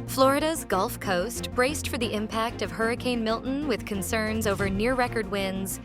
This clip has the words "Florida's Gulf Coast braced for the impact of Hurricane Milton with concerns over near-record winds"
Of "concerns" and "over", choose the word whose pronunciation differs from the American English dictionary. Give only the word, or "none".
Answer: none